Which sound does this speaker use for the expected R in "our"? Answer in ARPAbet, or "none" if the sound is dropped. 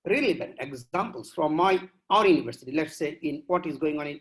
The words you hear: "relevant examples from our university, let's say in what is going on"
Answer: R